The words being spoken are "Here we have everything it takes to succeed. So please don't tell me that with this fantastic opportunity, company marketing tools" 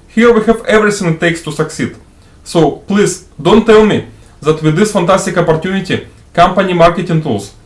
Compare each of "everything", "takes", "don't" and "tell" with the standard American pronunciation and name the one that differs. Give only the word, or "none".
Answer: everything